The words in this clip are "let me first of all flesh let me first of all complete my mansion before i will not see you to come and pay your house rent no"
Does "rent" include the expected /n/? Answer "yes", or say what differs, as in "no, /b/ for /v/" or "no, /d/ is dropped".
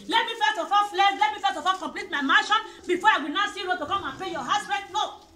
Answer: no, /n/ is dropped